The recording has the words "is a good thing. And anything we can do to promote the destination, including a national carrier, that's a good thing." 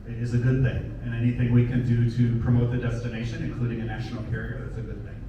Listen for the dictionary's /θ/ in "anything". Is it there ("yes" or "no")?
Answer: yes